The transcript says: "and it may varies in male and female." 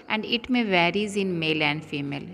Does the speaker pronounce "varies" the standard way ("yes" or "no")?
yes